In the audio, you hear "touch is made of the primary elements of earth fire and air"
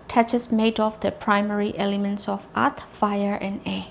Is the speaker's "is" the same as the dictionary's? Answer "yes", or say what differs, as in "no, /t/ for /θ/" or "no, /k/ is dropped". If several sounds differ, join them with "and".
no, /s/ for /z/